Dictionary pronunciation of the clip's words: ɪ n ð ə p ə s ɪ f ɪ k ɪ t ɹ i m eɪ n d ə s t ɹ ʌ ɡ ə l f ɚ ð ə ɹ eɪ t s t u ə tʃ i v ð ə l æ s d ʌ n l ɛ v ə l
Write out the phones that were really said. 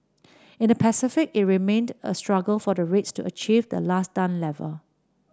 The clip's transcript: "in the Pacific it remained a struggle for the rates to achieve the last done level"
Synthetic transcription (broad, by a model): ɪ n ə p ə s ɪ f ɪ k ɪ t ɹ i m eɪ n d ə s t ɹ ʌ ɡ ə l f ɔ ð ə ɹ eɪ t s t u ə tʃ i v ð ə l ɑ s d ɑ n l ɛ v ə l